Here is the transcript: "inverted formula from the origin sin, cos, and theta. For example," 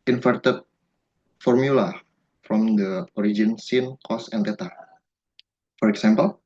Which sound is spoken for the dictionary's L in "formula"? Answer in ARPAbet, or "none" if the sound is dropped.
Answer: L